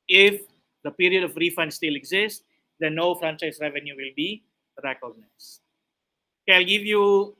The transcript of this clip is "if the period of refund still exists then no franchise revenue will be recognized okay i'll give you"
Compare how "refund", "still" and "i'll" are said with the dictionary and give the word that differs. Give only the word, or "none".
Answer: none